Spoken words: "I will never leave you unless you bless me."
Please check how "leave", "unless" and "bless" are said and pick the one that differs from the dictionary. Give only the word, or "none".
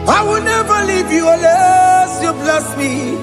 unless